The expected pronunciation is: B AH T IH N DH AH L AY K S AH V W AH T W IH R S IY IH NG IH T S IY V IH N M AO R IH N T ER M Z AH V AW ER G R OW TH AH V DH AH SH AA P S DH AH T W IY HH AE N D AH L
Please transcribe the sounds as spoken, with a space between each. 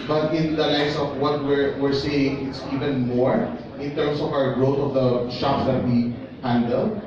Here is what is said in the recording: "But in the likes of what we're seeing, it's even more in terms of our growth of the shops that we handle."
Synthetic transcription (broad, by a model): B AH T IH N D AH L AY S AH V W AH T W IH R S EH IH NG IH T S IY V IH N M AO R IH N T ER M S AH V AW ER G R OW T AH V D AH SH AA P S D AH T W IY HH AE N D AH L